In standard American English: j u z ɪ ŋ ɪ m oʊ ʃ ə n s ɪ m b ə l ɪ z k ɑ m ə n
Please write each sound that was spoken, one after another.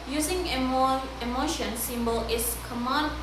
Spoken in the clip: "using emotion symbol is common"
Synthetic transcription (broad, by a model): j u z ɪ ŋ ɪ m oʊ ʃ ə n s ɪ m b ə l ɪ s k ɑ m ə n